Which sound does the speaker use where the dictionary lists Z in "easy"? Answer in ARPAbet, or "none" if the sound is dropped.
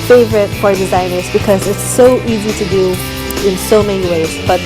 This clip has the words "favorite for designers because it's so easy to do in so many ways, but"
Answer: Z